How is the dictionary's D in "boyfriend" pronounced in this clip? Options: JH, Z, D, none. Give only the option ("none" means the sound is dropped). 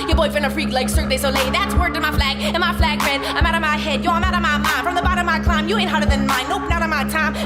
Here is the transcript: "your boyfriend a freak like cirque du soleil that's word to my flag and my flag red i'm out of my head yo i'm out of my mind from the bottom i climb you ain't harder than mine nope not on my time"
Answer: none